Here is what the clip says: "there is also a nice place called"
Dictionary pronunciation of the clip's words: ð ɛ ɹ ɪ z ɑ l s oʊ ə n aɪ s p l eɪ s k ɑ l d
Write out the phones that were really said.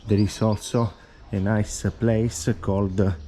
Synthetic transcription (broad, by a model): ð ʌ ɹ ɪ s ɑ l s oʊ ə n aɪ s p l eɪ s k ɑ l d